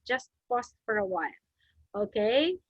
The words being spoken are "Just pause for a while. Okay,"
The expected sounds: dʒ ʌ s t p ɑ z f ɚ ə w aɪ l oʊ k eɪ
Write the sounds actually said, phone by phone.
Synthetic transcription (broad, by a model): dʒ ʌ s t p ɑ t f ɚ ə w aɪ n oʊ k eɪ